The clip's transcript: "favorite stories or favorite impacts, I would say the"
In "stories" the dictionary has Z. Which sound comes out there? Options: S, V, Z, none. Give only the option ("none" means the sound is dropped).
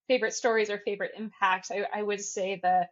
Z